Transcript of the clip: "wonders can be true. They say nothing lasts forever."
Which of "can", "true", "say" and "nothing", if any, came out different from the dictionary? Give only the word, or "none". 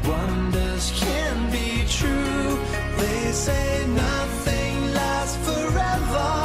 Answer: none